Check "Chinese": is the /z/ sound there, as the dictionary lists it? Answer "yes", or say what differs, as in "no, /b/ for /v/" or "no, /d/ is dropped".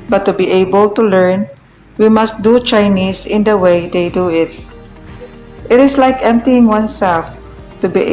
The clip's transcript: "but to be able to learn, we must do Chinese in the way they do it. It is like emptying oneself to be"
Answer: no, /s/ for /z/